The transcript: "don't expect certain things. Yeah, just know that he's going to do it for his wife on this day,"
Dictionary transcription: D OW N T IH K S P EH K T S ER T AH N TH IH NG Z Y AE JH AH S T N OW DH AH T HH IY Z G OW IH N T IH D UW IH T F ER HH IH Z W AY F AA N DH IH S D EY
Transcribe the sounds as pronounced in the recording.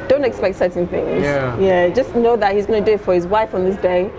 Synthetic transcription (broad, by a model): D OW N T IH K S P EH K T S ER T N TH IH NG Z Y AE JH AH S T N OW DH AH T HH IY Z G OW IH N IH D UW IH T F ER HH IH Z W AY F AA N DH IH S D EY